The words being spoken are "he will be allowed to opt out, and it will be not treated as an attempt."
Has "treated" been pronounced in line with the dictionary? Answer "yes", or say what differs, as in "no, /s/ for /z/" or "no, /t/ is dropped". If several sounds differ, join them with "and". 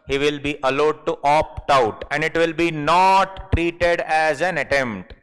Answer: yes